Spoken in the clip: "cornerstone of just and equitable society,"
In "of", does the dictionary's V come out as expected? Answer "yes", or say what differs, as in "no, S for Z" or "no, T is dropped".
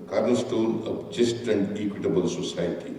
no, P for V